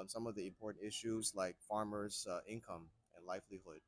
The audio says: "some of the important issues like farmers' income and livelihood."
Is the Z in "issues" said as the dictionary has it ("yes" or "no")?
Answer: yes